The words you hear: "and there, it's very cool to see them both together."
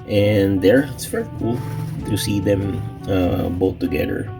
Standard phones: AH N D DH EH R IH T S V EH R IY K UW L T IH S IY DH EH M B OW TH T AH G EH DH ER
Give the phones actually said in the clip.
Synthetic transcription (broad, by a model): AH N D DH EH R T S F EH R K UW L T IH S IY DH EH M B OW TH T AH G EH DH ER